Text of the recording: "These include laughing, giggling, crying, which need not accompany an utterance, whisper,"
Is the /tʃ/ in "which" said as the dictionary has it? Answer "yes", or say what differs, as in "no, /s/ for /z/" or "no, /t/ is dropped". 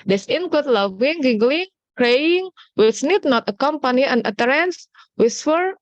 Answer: no, /s/ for /tʃ/